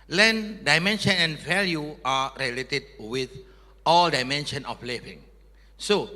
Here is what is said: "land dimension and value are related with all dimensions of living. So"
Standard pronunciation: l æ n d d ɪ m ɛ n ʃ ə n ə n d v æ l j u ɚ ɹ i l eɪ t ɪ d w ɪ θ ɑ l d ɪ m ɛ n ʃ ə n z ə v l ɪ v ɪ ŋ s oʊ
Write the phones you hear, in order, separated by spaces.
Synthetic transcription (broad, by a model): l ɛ n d d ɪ m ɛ n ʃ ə n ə n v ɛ l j u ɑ ɹ i l eɪ t ɪ d w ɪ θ ɑ l d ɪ m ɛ n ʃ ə n ə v l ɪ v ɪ ŋ s oʊ